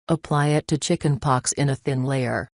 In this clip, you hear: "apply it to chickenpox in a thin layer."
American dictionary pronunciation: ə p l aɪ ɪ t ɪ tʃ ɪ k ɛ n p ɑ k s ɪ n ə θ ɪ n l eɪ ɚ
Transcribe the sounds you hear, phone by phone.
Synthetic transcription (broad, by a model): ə p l aɪ ɪ t ɪ tʃ ɪ k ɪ n p ɑ k s ɪ n ə θ ɪ n l eɪ ɚ